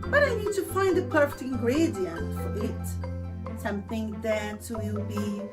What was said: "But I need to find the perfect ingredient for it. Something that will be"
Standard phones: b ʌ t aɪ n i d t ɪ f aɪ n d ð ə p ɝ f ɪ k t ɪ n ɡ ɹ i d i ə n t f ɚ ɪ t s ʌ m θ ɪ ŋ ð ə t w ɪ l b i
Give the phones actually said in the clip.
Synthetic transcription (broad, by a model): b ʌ t aɪ n i d t ɪ f aɪ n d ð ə p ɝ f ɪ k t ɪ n ɡ ɹ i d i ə n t f ɚ ɪ t s ʌ m θ ɪ ŋ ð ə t w ɪ l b i